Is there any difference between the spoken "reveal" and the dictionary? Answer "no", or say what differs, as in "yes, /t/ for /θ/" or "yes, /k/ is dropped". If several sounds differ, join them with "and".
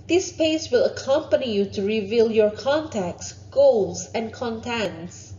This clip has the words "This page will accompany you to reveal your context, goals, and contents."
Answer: no